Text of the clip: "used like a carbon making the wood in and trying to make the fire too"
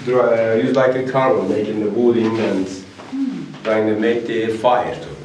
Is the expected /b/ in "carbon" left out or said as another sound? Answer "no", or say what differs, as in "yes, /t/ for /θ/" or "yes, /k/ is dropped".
yes, /b/ is dropped